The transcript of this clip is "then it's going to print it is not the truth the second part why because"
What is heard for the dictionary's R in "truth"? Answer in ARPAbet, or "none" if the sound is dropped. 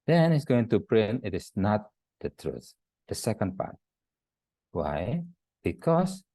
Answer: R